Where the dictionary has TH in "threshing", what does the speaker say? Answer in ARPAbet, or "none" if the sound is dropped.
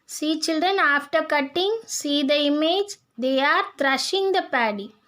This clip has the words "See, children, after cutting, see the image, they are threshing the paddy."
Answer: T